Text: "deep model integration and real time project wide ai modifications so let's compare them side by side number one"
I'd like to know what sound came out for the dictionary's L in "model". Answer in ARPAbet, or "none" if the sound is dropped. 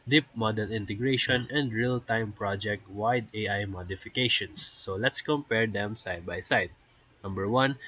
N